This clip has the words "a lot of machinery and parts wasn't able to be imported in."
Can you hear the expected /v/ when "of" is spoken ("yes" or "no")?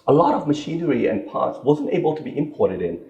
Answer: yes